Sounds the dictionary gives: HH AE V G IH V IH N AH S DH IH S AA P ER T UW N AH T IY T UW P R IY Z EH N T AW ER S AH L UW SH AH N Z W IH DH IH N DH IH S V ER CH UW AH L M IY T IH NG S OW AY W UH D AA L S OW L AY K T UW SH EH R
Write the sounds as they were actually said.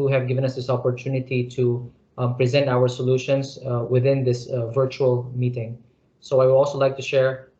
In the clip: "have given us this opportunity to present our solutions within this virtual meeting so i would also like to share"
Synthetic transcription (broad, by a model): HH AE V G IH V IH N AH S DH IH S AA P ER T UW N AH T IY T UW P R IY Z EH N T AW ER S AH L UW SH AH N S W IH DH IH N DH IH S V ER CH UW AH L M IY T IH NG S OW AY W UH D AA L S OW L AY K T UW SH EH R